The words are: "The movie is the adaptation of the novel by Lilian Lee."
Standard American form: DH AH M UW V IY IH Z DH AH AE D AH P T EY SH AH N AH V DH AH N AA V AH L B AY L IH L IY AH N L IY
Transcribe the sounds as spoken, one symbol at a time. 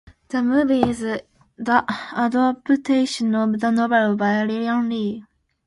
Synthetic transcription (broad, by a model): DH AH M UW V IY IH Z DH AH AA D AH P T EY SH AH N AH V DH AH N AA B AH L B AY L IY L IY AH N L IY